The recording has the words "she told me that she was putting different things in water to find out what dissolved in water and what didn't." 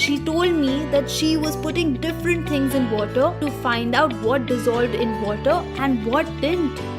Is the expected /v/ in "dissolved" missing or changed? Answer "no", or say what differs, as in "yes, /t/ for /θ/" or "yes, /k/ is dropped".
no